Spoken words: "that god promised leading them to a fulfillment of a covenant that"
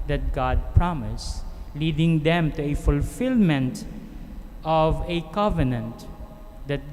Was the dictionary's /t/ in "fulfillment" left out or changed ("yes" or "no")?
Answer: no